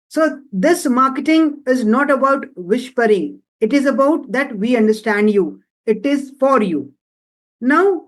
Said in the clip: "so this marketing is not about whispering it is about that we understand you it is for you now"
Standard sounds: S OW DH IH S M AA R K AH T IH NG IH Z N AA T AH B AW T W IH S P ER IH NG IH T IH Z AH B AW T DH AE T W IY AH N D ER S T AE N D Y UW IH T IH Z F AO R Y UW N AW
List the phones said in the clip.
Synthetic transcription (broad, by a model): S OW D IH S M AA R K AH T IH NG IH Z N AA T AH B AW T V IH SH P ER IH NG IH T IH Z AH B AW T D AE T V IY AH N D ER S T AE N D Y UW IH T IH Z F AO R Y UW N AW